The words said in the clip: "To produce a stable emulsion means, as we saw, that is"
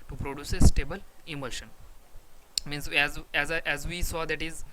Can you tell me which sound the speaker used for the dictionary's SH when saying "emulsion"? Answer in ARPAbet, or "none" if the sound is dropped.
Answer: SH